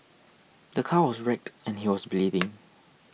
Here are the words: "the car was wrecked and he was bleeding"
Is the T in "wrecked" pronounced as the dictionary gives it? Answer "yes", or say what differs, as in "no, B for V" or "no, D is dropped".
yes